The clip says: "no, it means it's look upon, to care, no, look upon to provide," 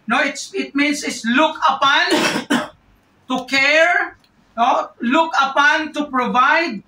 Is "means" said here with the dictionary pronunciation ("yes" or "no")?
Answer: no